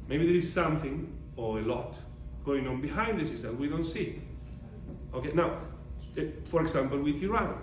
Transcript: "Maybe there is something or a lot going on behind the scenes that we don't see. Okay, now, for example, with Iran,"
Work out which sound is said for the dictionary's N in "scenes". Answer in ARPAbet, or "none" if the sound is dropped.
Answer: none